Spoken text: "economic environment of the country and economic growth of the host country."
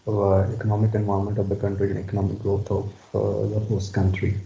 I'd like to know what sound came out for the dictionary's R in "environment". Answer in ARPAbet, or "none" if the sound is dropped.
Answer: none